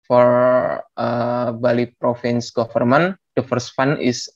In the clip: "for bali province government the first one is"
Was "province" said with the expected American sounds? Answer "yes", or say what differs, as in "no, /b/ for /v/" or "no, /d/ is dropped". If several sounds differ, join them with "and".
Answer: no, /f/ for /v/